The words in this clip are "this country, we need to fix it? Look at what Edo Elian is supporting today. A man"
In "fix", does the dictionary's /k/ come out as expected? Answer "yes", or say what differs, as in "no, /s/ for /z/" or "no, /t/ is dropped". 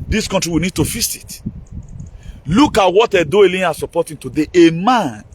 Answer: no, /k/ is dropped